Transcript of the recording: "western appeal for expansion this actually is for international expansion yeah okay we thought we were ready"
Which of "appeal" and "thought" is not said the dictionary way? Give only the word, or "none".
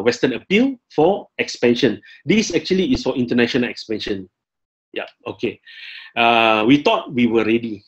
thought